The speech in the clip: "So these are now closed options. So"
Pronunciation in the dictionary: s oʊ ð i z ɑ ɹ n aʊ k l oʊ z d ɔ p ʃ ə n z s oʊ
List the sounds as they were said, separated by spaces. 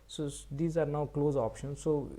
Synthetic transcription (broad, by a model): s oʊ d i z ɑ ɹ n aʊ k l oʊ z ɔ p ʃ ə n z s oʊ